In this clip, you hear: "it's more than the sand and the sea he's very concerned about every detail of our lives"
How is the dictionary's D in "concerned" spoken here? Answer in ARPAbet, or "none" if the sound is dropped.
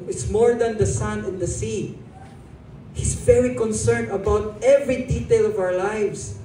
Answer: none